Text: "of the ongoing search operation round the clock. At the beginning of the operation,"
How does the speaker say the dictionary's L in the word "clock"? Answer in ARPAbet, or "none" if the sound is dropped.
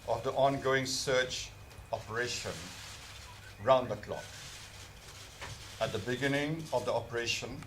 L